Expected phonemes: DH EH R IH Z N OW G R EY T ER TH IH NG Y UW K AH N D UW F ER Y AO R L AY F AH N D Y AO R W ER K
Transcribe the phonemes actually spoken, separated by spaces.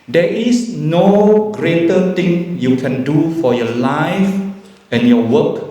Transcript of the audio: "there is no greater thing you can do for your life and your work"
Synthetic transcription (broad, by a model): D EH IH S N OW G R EY T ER T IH NG Y UW K AH N D UW F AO Y AO L AY F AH N Y AO W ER K